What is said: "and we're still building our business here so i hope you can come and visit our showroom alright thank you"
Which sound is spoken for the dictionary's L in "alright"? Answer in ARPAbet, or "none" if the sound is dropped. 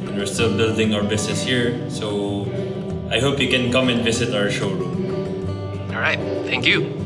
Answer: none